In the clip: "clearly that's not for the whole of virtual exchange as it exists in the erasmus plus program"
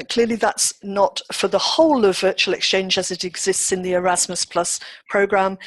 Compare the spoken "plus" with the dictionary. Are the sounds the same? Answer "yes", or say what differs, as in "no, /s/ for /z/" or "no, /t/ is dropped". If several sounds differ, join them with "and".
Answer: yes